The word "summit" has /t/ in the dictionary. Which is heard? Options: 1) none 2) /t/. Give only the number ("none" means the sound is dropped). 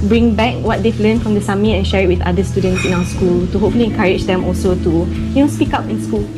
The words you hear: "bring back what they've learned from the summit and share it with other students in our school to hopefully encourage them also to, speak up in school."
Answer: 1